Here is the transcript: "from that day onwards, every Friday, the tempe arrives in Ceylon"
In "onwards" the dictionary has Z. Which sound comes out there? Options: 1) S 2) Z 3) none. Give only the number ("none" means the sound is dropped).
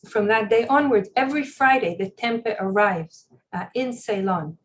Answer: 3